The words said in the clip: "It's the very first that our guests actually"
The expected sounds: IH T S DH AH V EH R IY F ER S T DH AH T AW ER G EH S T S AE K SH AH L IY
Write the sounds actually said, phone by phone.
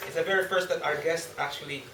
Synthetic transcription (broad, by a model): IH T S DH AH V EH R IY F ER S T DH AH T AW ER G EH S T AE K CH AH L IY